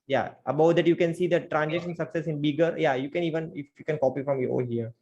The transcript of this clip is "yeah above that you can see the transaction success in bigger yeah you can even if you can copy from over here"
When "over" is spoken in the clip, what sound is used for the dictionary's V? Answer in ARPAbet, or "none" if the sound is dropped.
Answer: none